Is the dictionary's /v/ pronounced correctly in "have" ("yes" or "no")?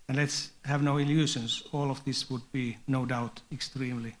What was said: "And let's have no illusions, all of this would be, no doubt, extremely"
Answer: yes